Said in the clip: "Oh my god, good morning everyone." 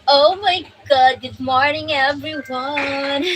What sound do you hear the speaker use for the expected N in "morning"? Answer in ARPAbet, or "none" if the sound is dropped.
N